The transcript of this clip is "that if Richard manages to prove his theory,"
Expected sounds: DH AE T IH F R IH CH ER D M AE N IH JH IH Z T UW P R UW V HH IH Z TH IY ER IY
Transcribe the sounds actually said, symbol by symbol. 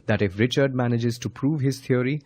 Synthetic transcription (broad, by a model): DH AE T IH F R IH CH ER D M AE N IH JH IH Z T UW P R UW V HH IH Z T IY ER IY